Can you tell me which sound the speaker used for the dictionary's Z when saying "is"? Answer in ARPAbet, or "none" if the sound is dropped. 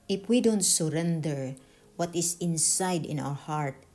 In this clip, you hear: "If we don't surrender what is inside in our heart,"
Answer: S